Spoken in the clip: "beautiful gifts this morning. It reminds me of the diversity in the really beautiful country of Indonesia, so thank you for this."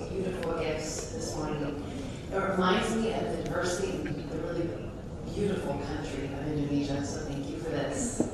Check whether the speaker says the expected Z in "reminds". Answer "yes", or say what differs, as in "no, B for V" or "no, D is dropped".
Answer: yes